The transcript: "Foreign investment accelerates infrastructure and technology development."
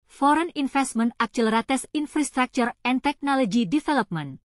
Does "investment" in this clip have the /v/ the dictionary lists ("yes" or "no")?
no